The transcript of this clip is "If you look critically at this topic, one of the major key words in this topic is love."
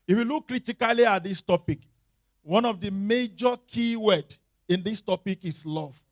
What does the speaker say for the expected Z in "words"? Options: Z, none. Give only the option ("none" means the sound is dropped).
none